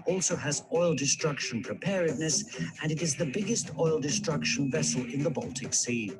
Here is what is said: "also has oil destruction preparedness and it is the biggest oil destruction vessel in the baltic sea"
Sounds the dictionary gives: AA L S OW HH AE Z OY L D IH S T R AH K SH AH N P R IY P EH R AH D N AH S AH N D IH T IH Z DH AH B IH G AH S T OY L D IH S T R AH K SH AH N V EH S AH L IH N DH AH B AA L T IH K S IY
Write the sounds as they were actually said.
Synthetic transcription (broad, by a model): AA L S OW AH Z OY L D IH S T R AH K SH AH N P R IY P EH R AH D N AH S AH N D IH T IH Z DH AH B IH G AH S T OY L D IH S T R AH K SH AH N V EH S AH L IH N DH AH B AA L T IH K S IY